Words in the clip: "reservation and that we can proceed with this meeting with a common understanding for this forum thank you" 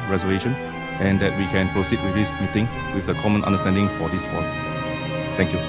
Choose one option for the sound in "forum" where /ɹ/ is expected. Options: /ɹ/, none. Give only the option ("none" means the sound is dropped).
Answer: none